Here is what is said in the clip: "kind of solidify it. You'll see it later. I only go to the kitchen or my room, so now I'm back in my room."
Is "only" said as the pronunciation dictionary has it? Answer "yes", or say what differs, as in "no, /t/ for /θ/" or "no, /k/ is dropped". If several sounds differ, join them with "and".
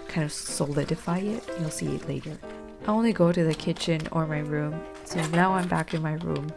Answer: yes